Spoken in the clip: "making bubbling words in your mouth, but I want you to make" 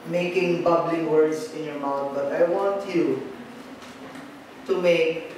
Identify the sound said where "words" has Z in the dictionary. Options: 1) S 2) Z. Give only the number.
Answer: 1